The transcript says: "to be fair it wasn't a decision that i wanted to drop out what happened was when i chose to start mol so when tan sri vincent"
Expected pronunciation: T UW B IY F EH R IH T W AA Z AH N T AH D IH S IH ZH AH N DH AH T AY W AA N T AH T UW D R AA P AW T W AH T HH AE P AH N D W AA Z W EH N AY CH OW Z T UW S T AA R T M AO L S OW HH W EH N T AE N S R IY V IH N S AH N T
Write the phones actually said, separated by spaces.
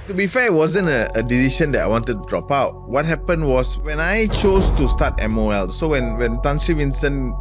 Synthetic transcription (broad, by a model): T UW B IY F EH IH T W AA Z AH N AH AH D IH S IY SH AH N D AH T AY W AA N T AH T UW D R AA P AW T W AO T HH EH P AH N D W AA S W EH N AY CH OW S T UW S T AA T M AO L S OW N W EH N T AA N S R IY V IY N S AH N